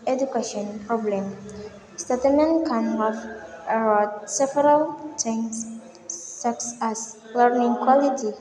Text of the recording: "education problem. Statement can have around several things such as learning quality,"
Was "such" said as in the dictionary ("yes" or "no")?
no